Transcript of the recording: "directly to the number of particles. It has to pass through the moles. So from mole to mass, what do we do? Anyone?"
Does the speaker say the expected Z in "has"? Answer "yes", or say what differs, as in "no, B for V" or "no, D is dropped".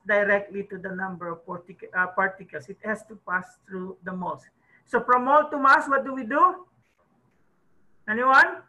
no, S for Z